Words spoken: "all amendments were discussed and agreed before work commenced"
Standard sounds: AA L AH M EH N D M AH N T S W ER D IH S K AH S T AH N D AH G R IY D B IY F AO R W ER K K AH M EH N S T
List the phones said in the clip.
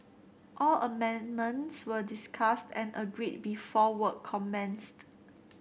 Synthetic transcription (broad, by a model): AA L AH M EH N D M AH N T S W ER D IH S K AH S T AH N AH G R IY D B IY F AO W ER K K AH M EH N S T